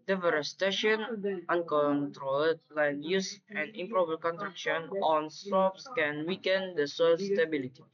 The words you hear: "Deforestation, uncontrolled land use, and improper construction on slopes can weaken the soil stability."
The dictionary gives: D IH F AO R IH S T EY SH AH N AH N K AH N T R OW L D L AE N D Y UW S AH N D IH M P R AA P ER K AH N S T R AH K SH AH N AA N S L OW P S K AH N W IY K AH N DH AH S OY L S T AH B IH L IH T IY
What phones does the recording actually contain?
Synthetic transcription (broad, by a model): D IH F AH R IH S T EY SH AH N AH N K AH N T R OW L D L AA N Y UW S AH N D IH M P R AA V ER K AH N T R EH K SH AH N AA N S OW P S K AH N W IY K AH N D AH S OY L S T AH B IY L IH T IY